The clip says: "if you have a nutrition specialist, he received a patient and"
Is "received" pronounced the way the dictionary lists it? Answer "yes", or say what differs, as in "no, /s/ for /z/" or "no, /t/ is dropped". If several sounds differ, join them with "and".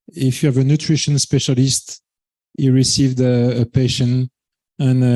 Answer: yes